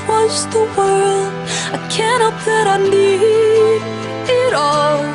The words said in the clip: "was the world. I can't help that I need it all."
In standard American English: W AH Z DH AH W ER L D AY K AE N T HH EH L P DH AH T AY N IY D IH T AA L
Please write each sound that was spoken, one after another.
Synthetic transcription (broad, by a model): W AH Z DH AH W ER L D AY K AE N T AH P DH AH T AY N IY D IH T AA L